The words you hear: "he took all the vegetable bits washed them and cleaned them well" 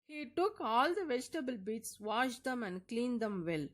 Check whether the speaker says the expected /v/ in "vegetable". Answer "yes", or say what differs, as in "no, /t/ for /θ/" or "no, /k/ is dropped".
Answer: yes